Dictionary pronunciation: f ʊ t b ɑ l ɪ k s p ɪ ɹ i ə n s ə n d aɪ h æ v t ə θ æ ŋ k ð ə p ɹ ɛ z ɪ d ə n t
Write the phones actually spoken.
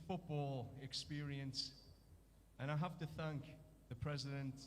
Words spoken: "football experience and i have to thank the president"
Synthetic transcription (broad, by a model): f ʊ t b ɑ l ɪ k s p ɪ ɹ i ə n s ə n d aɪ h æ f t ə θ æ ŋ k ð ə p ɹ ɛ z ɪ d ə n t